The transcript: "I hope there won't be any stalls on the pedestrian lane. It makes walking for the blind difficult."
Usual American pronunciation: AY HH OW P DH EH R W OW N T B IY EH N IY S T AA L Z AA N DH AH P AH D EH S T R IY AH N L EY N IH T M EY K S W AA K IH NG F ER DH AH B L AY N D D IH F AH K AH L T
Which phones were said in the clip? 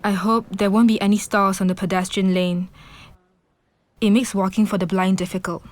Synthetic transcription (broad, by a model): AY HH OW P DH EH W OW N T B IY EH N IY S T AA Z AA N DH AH P AH D EH S T R IY AH N L EY N IH T M EY K S W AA K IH NG F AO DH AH B L AY N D D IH F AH K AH L T